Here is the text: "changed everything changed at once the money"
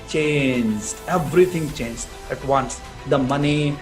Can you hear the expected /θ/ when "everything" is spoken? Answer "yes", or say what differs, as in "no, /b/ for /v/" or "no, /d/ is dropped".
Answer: no, /t/ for /θ/